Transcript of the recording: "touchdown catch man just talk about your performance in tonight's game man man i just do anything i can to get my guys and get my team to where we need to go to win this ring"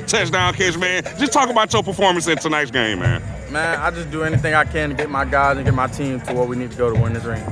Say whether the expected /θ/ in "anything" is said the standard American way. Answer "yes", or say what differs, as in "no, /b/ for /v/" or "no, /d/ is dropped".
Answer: yes